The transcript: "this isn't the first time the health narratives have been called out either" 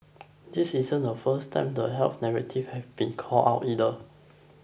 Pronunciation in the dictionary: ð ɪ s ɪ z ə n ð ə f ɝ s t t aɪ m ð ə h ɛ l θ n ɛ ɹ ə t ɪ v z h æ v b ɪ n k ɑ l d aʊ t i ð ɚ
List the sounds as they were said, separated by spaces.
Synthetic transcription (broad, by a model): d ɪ s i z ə n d ə f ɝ s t t aɪ m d ə h ɛ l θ n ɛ ɹ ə t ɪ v h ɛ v b ɪ n k ɑ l aʊ t i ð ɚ